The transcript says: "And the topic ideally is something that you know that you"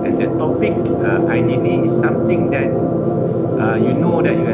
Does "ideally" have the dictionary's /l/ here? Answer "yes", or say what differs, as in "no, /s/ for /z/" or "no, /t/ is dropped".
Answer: no, /n/ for /l/